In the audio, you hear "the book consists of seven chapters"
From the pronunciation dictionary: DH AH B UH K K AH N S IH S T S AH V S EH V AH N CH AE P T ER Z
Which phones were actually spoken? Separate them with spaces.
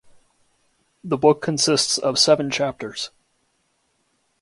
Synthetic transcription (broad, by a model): DH AH B UH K K AH N S IH S T S AH V S EH V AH N CH AE P T ER Z